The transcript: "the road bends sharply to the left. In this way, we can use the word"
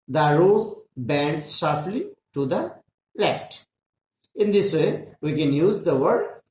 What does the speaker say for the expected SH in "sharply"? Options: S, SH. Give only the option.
S